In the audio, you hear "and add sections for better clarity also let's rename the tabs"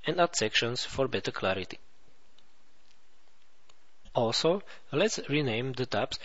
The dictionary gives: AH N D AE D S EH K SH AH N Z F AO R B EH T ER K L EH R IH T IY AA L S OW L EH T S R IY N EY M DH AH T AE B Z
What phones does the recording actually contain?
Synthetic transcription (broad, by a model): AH N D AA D S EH K SH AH N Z F AO R B EH T ER K L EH R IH T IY AA L S OW L EH T S R IY N EY M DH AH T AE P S